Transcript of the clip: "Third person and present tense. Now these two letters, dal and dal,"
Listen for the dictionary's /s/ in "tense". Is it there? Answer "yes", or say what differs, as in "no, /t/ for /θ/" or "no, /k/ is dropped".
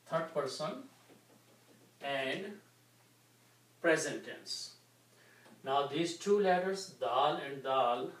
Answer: yes